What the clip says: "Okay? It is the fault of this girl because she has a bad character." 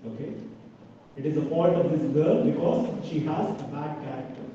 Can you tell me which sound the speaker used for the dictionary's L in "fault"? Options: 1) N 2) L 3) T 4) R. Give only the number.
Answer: 1